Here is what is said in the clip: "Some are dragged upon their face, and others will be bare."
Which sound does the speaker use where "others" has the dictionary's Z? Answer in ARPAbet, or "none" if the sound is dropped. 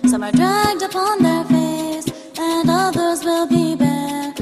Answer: Z